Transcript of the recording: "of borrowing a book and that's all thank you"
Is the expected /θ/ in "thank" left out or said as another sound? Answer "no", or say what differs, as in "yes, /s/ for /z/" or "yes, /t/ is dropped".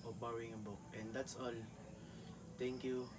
yes, /t/ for /θ/